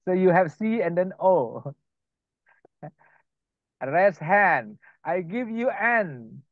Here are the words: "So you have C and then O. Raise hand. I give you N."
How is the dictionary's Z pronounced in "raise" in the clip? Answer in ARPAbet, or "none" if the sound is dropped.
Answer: S